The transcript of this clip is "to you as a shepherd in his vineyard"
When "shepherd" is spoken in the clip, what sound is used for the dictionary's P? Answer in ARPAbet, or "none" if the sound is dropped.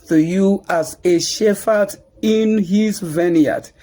F